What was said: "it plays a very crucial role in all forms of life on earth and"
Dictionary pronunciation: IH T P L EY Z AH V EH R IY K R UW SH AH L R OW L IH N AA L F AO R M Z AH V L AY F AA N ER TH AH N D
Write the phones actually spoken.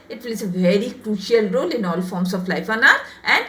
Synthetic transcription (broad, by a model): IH T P L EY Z AH V EH R IY K R UW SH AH L R OW L IH N AA L F AO R M S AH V L AY F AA N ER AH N D